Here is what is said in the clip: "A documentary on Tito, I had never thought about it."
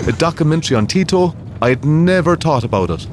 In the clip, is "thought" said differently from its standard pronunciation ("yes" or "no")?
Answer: yes